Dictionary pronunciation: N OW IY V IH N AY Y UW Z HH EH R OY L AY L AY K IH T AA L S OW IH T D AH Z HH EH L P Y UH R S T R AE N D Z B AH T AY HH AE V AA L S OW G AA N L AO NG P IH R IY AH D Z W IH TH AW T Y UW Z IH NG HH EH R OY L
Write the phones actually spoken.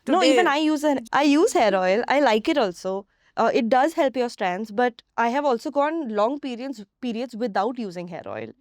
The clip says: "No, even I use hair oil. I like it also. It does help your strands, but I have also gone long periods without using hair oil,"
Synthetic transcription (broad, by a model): N OW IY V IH N AY Y UW Z HH EH R OY L AY L AY K IH T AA L S OW IH T D AH Z HH EH L P Y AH R S T R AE N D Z B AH T AY HH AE V AA L S OW G AA N L AO NG P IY R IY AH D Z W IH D AW T Y UW Z IH NG HH EH R OY L